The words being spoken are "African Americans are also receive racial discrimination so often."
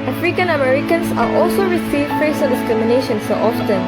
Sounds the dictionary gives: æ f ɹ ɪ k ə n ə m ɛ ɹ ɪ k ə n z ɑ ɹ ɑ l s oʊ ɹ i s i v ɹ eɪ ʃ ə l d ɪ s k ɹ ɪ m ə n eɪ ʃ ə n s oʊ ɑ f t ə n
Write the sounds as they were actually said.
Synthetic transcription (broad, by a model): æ f ɹ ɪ k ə n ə m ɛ ɹ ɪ k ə n s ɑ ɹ ɑ l s oʊ ɹ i s i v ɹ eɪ s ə n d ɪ s k ɹ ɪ m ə n eɪ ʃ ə n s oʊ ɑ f t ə n